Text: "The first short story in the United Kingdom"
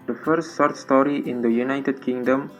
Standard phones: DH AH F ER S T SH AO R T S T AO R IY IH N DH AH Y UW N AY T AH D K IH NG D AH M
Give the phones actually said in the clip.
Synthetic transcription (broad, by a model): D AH F ER S T S AO R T S T AO R IY IH N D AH Y UW N AY T AH D K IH NG D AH M